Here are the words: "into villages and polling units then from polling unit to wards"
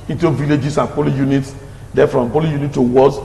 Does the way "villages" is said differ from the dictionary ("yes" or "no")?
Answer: yes